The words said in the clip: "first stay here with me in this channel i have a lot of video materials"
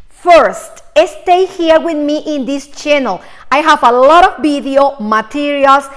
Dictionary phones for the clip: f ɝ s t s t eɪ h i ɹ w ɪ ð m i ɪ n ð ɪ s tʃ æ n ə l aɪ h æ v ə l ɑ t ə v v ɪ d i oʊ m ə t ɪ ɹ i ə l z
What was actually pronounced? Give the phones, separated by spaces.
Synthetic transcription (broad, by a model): f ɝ s t s t eɪ h i ɹ w ɪ ð m i ɪ n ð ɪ s tʃ æ n ə l aɪ h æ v ə l ɑ t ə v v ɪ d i oʊ m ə t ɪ ɹ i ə l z